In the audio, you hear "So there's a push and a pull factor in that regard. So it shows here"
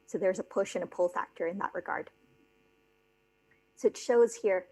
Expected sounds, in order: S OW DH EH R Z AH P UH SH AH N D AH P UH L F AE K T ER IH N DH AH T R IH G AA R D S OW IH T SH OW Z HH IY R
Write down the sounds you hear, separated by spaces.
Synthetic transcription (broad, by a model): S OW DH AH R Z AH P UH SH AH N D AH P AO L F AE K T ER IH N DH AH T R IH G AA R D S OW IH T SH OW Z HH IY R